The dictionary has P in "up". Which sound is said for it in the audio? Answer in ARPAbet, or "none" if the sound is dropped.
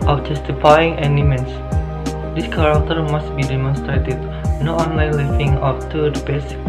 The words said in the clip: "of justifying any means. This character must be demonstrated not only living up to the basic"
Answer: F